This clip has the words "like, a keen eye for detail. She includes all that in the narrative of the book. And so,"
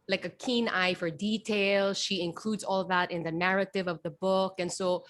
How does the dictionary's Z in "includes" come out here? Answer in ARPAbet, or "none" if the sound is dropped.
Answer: Z